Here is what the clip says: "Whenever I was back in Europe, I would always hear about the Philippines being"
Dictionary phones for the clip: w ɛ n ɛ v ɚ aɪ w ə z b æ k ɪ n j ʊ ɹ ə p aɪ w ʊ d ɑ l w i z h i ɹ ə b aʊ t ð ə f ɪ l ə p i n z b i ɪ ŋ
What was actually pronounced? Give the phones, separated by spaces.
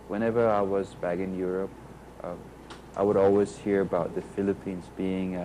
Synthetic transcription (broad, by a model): w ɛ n ɛ v ɚ aɪ w ə z b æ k ɪ n j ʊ ɹ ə p aɪ w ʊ d ɑ l w i z h i ɹ ə b aʊ t ð ə f ɪ l ə p i n z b i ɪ ŋ